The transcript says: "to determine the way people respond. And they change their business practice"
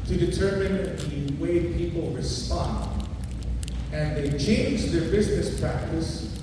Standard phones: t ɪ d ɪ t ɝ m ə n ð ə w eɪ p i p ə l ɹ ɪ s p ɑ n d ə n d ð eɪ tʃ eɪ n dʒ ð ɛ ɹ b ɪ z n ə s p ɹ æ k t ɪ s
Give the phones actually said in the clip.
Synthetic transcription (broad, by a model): t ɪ d ɪ t ɝ m ə n ð ə w eɪ p i p l ɹ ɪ s p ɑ n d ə n ð eɪ tʃ eɪ n dʒ ð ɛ ɹ b ɪ z n ə s p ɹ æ k t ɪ s